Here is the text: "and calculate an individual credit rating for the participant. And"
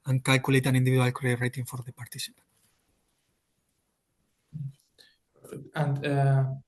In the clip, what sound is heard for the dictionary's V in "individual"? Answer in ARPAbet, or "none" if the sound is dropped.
B